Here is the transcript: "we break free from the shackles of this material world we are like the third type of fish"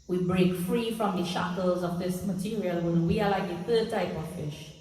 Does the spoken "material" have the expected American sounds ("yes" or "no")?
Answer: yes